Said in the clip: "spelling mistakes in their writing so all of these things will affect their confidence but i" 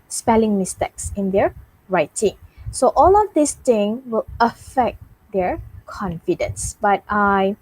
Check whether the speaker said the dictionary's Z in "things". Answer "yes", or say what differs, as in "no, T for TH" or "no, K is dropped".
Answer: no, Z is dropped